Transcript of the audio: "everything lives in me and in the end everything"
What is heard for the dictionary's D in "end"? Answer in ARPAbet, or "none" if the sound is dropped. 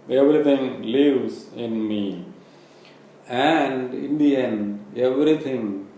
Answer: none